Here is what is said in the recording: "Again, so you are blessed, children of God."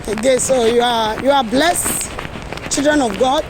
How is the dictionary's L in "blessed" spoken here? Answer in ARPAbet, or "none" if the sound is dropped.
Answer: L